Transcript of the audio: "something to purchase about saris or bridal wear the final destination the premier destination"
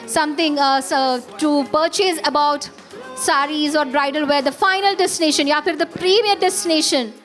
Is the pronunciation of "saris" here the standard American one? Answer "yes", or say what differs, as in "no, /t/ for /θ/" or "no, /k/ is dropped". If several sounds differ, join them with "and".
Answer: yes